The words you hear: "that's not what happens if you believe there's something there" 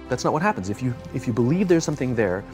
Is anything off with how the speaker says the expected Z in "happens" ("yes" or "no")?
no